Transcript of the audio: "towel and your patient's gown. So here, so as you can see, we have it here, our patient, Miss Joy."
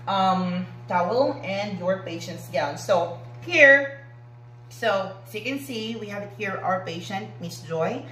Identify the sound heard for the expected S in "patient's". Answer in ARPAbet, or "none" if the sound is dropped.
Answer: S